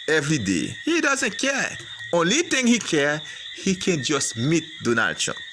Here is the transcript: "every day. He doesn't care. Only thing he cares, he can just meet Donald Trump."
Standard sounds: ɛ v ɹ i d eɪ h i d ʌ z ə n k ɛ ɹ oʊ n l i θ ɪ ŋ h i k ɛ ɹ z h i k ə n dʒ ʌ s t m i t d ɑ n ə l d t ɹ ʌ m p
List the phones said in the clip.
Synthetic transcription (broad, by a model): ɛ v ɹ i d eɪ h i d ʌ z ə n k ɛ ɹ oʊ n l i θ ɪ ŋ h i k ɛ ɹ h i k ə n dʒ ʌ s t m i t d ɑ n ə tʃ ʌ